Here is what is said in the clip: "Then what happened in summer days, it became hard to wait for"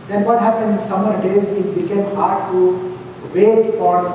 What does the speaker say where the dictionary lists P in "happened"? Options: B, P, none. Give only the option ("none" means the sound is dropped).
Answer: P